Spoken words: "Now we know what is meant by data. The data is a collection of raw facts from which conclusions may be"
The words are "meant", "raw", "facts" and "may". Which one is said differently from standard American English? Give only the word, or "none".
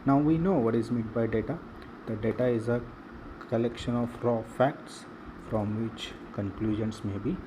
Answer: meant